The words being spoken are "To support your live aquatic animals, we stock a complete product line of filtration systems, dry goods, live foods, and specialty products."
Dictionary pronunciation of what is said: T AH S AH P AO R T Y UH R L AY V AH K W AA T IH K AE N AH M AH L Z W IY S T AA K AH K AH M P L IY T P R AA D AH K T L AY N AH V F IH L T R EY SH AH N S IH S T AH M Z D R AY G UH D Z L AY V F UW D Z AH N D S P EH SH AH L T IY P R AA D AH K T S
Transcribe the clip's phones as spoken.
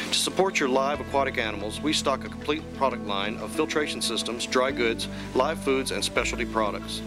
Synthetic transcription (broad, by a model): T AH S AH P AO R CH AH R L AY V AH K W AA T IH K AE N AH M L Z W IY S T AA K AH K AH M P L IY T P R AA D AH K T L AY N AH V F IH L T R EY SH N S IH S T AH M Z D R AY G UH D Z L AY V F UW D Z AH N S P EH SH L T IY P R AA D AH K T S